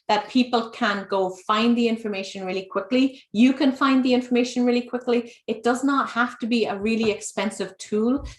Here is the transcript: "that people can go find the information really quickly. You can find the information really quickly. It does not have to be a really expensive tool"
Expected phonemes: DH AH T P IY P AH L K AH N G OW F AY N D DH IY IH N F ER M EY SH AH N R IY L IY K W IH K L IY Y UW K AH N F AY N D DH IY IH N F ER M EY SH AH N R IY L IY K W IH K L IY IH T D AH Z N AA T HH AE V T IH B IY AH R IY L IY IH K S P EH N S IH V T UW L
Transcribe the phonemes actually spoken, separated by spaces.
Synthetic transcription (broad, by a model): DH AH T P IY P AH L K AH N G OW F AY N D DH IY IH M F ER M EY SH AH N R IY L IY K W IH K L IY Y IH K AH N F AY N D DH IY IH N F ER M EY SH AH N R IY L IY K W IH K L IY IH T D AH Z N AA T HH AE F T IH B IY AH R IY L IY IH K S P EH N S IH V T UW L